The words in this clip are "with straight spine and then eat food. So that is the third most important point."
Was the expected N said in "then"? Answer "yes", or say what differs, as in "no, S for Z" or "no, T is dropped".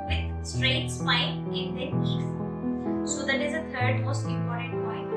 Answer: no, N is dropped